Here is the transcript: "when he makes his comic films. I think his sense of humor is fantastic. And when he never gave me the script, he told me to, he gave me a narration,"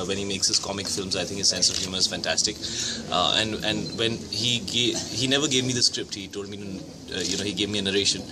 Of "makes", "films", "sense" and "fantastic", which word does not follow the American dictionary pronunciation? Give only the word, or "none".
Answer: none